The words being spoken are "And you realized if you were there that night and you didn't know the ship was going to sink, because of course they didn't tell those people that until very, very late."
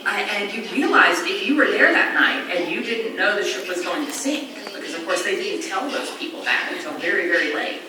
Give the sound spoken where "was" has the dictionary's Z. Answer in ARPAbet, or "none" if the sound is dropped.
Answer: Z